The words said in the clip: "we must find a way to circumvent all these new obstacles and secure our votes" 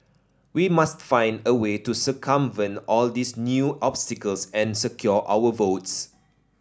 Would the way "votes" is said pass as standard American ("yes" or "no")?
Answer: yes